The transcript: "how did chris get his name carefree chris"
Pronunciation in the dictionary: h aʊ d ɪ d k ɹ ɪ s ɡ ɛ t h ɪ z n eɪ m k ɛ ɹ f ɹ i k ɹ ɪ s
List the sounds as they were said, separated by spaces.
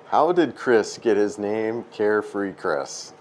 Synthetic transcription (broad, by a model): h aʊ d ɪ d k ɹ ɪ s ɡ ɛ t h ɪ z n eɪ m k ɛ ɹ f ɹ i k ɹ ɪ s